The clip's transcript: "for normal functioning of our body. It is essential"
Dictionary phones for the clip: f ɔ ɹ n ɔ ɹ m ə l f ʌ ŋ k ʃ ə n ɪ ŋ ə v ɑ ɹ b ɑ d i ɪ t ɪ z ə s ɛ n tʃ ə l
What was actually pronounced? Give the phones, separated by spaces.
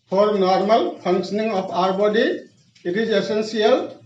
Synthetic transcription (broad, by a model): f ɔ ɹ n ɔ ɹ m ə l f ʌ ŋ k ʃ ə n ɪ ŋ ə p ɑ ɹ b ɑ d i ɪ t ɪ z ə s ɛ n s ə l